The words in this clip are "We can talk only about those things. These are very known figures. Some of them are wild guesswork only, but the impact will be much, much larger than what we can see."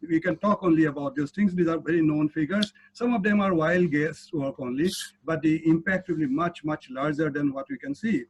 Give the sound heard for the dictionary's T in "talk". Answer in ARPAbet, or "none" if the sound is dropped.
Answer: T